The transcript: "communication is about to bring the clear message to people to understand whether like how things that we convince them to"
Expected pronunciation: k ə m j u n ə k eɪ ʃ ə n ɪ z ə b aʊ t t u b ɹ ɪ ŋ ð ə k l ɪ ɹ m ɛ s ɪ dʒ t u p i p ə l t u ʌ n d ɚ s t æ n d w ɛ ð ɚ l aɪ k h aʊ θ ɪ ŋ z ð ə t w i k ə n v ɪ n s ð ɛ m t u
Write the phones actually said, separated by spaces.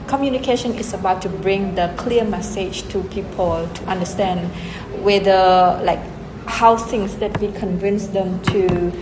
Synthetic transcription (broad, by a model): k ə m j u n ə k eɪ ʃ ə n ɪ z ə b aʊ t t u b ɹ ɪ ŋ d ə k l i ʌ m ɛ s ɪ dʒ t u p i p ə l t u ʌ n d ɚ s t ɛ n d w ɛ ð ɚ l aɪ k h aʊ s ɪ ŋ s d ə t w i k ə n v ɪ n s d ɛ m t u